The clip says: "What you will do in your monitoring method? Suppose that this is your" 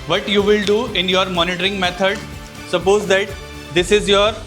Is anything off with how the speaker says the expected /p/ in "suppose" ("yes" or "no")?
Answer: no